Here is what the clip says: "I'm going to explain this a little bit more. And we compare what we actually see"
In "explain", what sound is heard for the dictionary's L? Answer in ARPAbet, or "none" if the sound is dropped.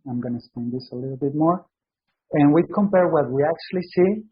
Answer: none